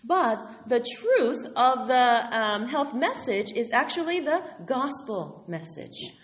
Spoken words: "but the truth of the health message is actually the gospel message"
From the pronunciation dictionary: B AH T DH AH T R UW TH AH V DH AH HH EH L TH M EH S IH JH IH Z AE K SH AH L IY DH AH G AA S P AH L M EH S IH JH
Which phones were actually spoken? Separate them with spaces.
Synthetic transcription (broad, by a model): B AH T DH AH T R UW TH AH V DH AH HH EH L TH M EH S IH JH IH Z AE K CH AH L IY DH AH G AA S P L M EH S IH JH